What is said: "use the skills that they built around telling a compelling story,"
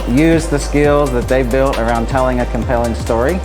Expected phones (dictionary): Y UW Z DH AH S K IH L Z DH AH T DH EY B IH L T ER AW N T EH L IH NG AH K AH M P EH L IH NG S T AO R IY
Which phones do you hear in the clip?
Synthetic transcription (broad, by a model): Y UW Z DH AH S K IH L Z DH AH T DH EY B IH L T ER AW N T EH L IH NG AH K AH M P EH L IH NG S T AO R IY